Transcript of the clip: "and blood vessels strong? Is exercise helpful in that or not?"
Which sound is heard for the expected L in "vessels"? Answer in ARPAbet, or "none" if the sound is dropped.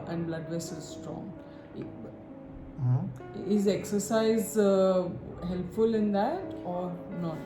none